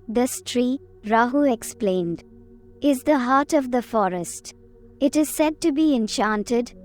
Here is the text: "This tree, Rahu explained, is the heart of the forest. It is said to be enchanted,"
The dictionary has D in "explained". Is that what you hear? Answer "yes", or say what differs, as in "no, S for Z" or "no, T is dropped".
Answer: yes